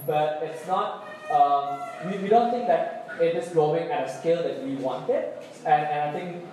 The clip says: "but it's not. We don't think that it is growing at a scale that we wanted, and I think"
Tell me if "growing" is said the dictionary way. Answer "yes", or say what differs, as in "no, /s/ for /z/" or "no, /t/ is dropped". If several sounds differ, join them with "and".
no, /l/ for /ɹ/